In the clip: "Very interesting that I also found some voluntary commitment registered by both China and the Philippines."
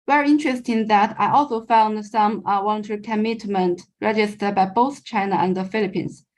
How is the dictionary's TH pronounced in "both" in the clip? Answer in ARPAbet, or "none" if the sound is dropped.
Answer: TH